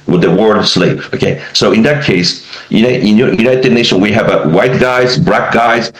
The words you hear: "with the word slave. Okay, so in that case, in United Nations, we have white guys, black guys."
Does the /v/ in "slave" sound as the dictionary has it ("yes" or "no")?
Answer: no